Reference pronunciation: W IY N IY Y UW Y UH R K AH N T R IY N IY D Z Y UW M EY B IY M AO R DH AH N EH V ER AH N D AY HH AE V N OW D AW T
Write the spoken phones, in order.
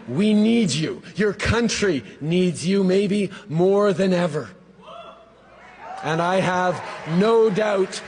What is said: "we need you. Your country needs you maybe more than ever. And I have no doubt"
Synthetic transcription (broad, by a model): W IY N IY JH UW Y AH R K AH N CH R IY N IY D Z Y UW M EY B IY M AO R DH AH N EH V ER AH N AY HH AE V N OW D AW T